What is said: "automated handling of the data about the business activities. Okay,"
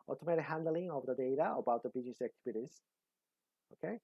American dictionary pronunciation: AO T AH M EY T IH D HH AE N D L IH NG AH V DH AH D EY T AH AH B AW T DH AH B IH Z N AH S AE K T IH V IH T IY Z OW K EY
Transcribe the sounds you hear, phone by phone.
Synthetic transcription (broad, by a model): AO T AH M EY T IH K HH AE N D L IH NG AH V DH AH D EY T AH AH B AW T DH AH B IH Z N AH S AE K T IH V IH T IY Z OW K EY